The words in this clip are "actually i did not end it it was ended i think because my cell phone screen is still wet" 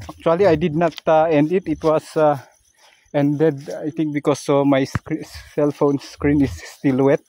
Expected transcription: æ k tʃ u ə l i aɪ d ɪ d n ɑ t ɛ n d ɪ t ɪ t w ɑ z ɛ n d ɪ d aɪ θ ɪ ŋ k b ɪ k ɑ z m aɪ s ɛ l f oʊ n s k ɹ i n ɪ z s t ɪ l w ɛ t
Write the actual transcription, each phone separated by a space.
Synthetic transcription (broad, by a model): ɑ k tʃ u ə l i aɪ d ɪ d n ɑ t ɛ n d ɪ t ɪ t w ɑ s ɛ n d ɪ d aɪ t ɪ ŋ k b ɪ k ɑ s m aɪ s ɛ l f oʊ n s k ɹ i n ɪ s t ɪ l w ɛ t